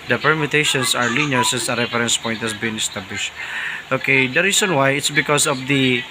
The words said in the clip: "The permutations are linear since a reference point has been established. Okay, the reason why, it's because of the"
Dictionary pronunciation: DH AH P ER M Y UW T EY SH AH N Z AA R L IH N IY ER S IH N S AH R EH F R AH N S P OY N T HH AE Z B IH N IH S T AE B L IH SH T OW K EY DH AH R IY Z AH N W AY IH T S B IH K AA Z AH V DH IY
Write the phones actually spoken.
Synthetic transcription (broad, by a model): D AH P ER M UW T EY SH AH N S AA R L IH N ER S IH N S AH R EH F R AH N S P OY N T HH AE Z B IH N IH S T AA B L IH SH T OW K EY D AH R IY S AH N W AY IH T S B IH K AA S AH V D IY